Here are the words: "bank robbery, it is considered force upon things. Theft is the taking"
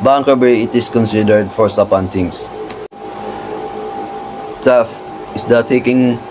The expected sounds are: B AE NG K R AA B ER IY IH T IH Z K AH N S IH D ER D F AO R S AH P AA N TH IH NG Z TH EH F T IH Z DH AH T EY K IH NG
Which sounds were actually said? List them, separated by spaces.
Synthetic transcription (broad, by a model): B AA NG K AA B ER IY IH T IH S K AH N S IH D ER D F AO R S AH P AA N T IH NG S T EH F IH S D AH T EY K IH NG